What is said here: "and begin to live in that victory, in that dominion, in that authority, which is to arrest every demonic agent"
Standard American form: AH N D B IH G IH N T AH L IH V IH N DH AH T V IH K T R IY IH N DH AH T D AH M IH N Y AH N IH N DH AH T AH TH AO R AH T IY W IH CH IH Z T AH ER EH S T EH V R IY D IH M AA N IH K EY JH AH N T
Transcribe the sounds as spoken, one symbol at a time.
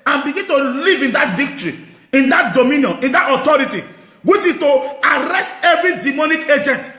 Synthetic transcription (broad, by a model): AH N B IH G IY N T AH L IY V IH N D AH T V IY K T R IY IH N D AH T D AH M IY N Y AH N IH N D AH T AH T AO R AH T IY W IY CH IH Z T AH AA EH S T EH V R IY D IH M AA N IH K EY JH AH N T